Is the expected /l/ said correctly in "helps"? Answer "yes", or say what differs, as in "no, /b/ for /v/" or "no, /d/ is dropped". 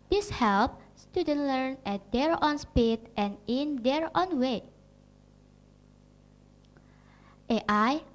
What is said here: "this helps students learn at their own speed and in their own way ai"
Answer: yes